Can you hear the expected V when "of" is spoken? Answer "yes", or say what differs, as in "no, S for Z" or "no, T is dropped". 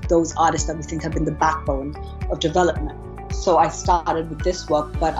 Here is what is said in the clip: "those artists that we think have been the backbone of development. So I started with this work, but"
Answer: yes